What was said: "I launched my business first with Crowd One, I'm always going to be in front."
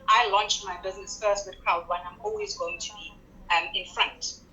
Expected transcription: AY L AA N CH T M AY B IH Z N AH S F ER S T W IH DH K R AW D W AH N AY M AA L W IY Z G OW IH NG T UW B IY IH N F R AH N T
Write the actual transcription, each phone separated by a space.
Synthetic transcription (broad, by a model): AY L AA N CH T M AY B IH Z N AH S F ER S T W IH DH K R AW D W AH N AY M AA L W IY Z G OW IH NG T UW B IY IH N F R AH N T